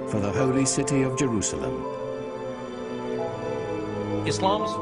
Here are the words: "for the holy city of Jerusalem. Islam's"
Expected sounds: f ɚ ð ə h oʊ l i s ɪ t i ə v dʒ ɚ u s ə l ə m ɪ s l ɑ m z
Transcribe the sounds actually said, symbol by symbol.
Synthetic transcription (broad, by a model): f ɚ ð ə h oʊ l i s ɪ t i ə v dʒ ɚ u s ə l ə m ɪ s l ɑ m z